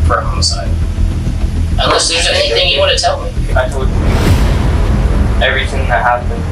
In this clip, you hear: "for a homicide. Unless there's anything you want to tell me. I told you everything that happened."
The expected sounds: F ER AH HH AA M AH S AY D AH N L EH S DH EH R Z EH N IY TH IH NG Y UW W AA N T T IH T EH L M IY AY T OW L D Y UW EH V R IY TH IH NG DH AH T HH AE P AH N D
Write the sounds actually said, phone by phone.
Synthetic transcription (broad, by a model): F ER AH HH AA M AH S AY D AH N L EH S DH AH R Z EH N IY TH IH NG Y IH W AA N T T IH T EH L M IY AY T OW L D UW EH V R IY TH IH NG DH AH T HH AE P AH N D